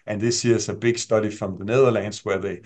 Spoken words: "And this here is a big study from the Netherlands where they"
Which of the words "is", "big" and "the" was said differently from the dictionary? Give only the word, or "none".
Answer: is